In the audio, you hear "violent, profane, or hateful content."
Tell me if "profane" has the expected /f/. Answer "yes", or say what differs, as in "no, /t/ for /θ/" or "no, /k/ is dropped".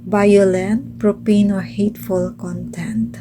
no, /p/ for /f/